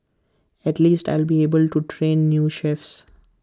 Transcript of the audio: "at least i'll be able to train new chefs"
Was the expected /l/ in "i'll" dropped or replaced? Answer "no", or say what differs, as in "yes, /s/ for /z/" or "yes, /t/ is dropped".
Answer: no